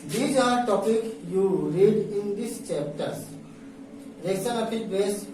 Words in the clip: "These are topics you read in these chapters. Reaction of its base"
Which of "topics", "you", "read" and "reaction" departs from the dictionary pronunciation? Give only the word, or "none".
reaction